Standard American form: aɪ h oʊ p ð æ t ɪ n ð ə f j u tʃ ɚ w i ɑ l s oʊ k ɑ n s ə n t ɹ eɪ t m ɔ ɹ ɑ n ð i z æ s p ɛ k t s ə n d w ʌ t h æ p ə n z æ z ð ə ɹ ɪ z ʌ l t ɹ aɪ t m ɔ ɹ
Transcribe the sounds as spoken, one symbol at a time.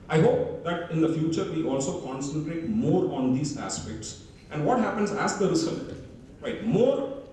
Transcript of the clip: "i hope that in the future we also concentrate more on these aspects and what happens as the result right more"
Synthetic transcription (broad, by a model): aɪ h oʊ p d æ t ɪ n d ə f j u tʃ ɚ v i ɑ l s oʊ k ɑ n s ə n t ɹ eɪ t m ɔ ɹ ɑ n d i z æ s p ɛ k t s ə n d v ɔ t h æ p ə n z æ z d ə ɹ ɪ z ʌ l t ɹ aɪ t m ɔ ɹ